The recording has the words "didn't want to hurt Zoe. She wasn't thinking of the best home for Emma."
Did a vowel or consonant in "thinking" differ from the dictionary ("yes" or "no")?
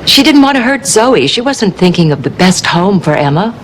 no